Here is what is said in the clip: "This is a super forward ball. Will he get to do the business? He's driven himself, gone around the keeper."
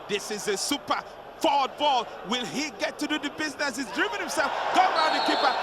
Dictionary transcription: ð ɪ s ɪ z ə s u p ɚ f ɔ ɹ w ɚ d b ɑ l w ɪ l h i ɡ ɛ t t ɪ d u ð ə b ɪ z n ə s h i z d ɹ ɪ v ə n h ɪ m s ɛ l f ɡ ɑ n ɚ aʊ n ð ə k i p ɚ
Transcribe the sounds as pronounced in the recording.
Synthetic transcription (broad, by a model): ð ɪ s ɪ z ə s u p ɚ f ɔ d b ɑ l w ɪ l h i ɡ ɛ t t ɪ d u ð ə b ɪ z n ə s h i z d ɹ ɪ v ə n h ɪ m s ɛ l f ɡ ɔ ʊ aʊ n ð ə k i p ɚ